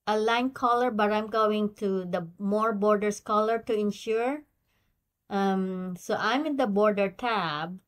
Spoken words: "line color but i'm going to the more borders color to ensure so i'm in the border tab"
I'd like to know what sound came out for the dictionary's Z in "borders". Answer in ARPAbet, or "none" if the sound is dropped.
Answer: S